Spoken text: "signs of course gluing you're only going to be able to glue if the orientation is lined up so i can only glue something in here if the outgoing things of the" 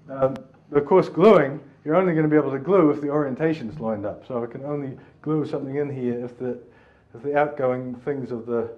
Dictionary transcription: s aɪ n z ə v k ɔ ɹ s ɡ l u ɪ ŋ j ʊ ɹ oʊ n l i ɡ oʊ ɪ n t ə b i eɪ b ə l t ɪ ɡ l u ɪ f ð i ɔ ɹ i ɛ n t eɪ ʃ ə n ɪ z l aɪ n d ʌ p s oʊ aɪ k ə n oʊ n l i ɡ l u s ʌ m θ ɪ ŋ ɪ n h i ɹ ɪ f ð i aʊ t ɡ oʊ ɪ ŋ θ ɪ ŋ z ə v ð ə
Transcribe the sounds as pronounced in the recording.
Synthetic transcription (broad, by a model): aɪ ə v k ɔ ɹ s ɡ l u ɪ ŋ j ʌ ɹ oʊ n l i ɡ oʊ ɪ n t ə b i eɪ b l t ɪ ɡ l u ɪ f ð i ɔ ɹ i ɛ n t eɪ ʃ ə n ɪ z l aɪ n d ʌ p s oʊ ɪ k ə n oʊ n l i ɡ l u s ʌ m θ ɪ ŋ ɪ n h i ɹ ɪ f ð i aʊ t ɡ oʊ ɪ ŋ θ ɪ ŋ z ə v ð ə